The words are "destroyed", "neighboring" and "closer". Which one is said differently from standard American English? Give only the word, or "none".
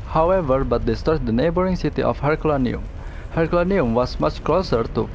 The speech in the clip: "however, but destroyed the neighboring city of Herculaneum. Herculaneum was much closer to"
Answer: destroyed